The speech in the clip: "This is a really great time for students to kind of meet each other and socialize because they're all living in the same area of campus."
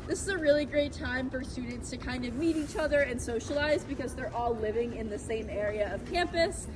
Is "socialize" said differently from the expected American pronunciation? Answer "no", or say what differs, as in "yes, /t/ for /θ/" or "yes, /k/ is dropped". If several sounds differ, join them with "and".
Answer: no